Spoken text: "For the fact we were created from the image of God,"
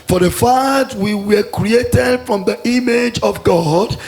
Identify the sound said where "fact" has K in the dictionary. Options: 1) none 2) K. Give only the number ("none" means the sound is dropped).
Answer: 1